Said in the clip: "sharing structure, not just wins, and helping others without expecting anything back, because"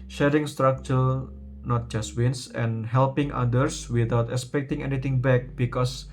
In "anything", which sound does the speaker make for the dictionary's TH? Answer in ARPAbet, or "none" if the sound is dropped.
T